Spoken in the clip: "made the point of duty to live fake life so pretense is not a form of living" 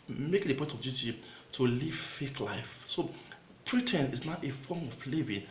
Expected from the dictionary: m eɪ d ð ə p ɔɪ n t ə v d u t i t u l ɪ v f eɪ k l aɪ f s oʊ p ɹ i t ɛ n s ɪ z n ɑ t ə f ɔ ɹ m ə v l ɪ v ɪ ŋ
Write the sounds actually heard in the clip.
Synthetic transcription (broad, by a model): m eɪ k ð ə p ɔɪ t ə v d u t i t u l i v f eɪ k l aɪ f s oʊ p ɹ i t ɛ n ɪ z n ɑ t ə f ɔ m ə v l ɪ v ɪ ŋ